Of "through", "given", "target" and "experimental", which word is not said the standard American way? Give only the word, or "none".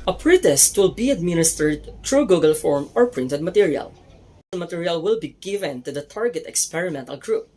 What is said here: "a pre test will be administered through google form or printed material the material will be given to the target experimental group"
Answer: through